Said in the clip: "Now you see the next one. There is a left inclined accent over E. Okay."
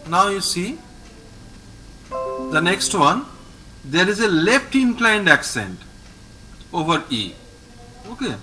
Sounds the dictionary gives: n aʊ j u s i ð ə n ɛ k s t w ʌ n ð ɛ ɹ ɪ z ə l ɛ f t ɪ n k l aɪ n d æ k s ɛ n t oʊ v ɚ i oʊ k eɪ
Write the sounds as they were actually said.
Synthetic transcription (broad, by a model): n aʊ j u s i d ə n ɛ k s t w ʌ n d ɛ ɹ ɪ z ə l ɛ f t ɪ n k l aɪ n d æ k s ɛ n t oʊ v ɚ i oʊ k eɪ